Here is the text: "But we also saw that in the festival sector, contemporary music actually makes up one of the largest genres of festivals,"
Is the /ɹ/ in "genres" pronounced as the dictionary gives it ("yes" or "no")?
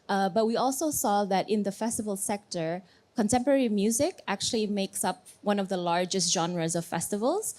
yes